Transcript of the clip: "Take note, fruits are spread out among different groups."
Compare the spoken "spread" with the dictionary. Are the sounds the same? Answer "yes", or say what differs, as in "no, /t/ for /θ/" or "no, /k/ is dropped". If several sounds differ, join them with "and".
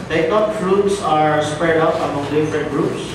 yes